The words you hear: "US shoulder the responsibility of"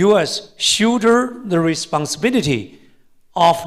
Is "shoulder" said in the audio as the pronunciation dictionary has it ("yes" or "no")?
no